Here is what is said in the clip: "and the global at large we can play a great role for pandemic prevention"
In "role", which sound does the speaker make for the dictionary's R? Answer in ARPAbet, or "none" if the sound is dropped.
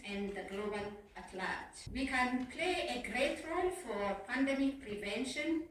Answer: R